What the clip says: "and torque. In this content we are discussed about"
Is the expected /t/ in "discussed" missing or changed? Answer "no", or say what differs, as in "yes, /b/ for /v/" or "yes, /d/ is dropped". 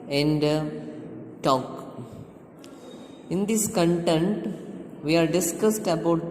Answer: no